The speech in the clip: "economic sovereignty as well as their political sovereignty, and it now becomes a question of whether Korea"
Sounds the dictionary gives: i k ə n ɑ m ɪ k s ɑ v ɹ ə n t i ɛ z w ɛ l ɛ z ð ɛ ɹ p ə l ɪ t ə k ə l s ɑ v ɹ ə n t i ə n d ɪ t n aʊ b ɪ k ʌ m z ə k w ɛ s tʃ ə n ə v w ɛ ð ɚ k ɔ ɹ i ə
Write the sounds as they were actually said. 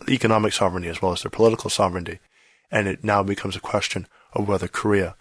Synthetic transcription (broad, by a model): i k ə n ɑ m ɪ k s ɑ v ɹ ə n t i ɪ z w ɛ l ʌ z ð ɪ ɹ p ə l ɪ t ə k l s ɑ v ɹ ə n t i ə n ɪ t n aʊ b ɪ k ʌ m z ə k w ɛ s tʃ ə n ə v w ɛ ð ɚ k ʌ ɹ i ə